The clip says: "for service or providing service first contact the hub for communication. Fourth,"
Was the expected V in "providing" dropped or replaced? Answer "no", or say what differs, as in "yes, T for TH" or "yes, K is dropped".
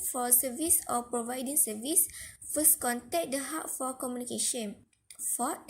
no